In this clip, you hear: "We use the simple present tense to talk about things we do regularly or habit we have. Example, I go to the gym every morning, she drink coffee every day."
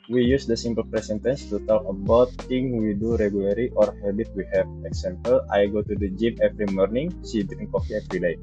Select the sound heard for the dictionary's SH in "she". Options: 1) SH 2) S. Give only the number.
2